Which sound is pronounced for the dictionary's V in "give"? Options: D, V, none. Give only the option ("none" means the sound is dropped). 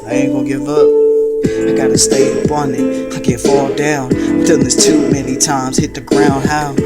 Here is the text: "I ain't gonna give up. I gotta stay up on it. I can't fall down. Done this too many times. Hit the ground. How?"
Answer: V